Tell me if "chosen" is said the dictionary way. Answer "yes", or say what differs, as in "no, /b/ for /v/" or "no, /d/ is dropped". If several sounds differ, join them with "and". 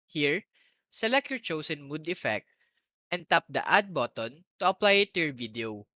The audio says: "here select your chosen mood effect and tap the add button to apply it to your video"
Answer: no, /s/ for /z/